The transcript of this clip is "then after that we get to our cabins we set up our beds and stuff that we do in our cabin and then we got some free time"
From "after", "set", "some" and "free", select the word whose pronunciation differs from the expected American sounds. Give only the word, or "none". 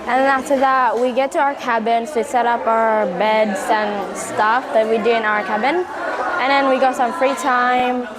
after